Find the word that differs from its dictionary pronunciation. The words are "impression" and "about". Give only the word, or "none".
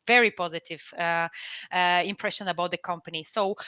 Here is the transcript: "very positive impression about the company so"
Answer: none